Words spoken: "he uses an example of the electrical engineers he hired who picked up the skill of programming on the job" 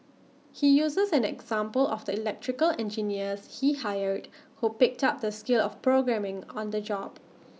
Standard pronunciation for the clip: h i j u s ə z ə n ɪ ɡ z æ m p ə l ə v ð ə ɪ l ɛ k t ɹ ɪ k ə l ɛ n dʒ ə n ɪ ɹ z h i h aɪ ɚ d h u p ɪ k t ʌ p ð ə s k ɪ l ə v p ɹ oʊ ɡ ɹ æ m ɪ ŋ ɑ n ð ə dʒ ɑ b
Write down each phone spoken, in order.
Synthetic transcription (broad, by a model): h i j u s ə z ə n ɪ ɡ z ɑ m p ə l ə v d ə ɪ l ɛ k t ɹ ɪ k ə l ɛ n dʒ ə n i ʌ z h i h aɪ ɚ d h u p ɪ k t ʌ p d ə s k ɪ l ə f p ɹ oʊ ɡ ɹ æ m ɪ ŋ ɑ n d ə dʒ ɑ b